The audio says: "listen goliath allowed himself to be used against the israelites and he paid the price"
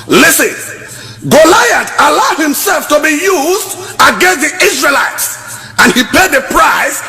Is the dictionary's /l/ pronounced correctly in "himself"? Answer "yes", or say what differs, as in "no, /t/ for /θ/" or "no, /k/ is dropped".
yes